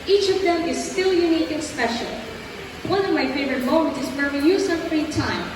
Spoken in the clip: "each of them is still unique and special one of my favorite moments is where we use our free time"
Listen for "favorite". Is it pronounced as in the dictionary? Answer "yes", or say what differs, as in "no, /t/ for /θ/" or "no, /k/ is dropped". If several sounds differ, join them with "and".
yes